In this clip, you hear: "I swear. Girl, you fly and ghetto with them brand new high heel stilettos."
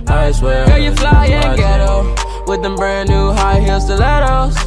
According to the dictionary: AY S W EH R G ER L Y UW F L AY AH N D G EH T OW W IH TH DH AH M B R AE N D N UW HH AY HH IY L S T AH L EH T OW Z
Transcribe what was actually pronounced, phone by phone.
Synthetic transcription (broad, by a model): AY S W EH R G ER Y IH F L AY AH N G EH T OW W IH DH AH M B EH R N UW HH AY HH IY L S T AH L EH T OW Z